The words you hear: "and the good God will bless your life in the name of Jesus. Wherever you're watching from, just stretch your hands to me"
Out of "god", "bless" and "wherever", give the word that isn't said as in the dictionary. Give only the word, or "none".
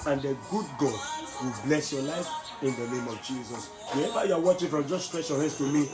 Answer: wherever